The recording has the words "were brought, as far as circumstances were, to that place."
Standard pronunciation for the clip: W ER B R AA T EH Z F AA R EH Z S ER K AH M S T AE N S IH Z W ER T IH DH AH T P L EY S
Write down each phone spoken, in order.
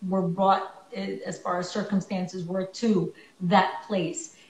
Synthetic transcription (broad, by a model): W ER B R AA T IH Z F AA R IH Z S ER K AH M S T AE N S IH Z W ER T IH DH AH T P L EY S